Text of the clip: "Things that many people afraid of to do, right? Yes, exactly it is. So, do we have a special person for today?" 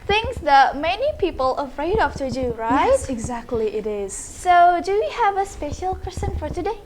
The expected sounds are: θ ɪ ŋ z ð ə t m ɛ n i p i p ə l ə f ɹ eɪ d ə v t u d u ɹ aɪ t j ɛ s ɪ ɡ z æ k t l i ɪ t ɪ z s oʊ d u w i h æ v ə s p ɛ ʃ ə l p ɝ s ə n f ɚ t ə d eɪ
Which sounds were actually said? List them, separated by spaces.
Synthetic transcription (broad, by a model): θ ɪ ŋ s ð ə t m ɛ n i p i p ə l ə f ɹ eɪ d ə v t u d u ɹ aɪ t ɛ ɪ ɡ z æ k t l i ɪ t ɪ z s oʊ d u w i h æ v ə s p ɛ ʃ ə l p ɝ s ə n f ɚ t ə d eɪ